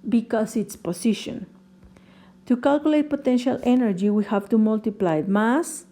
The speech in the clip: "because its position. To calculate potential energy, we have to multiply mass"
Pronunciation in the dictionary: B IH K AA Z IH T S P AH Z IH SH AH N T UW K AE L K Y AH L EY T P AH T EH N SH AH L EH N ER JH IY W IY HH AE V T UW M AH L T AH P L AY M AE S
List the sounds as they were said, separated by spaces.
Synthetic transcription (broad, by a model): B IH K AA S IH T S P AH S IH SH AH N T UW K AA L K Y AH L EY T P AH T EH N SH AH L EH N ER JH IY W IY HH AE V T UW M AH L T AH P L AY M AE S